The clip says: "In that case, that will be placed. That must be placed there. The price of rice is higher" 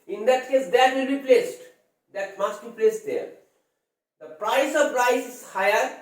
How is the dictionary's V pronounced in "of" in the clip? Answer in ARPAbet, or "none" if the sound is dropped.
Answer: P